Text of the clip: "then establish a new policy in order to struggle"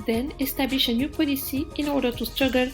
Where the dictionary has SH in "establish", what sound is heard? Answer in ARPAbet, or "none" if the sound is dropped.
SH